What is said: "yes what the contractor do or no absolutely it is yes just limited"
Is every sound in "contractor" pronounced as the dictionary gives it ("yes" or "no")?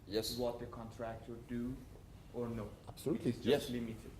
yes